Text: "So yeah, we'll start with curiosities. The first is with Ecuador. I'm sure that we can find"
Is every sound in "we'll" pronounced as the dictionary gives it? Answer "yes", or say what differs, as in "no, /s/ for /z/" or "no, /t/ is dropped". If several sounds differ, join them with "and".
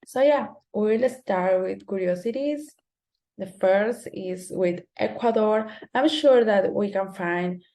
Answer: yes